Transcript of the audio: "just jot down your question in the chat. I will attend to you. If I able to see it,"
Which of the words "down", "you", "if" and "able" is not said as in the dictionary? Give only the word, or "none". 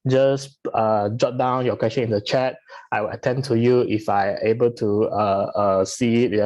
none